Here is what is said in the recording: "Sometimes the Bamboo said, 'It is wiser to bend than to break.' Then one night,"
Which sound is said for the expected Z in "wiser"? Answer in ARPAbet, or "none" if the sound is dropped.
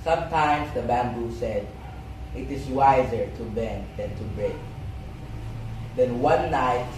Z